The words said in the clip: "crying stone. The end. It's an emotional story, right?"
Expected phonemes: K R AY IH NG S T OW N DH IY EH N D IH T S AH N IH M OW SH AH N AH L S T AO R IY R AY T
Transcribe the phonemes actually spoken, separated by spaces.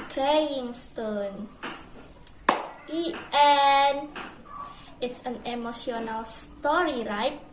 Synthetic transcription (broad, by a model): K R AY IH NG S T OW N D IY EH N IH T S AH N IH M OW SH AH N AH L S T AO R IY R AY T